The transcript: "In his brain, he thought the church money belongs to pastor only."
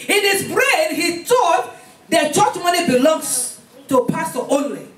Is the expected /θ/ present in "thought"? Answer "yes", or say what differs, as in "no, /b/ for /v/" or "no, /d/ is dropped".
no, /t/ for /θ/